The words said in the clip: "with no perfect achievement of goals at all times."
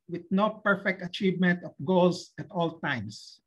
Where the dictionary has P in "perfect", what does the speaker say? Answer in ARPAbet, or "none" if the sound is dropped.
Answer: P